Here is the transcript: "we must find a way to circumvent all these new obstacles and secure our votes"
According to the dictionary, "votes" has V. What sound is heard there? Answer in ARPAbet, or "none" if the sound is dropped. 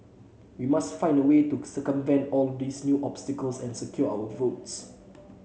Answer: V